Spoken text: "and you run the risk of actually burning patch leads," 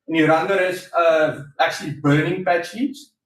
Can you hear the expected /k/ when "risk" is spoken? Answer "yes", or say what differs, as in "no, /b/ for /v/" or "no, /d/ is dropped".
no, /k/ is dropped